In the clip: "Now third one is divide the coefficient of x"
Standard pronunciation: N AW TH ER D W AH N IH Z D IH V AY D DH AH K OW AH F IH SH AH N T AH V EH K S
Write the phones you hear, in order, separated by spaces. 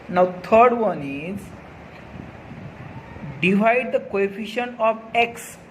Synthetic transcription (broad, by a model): N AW T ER D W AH N IH Z D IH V AY D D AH K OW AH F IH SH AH N AH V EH K S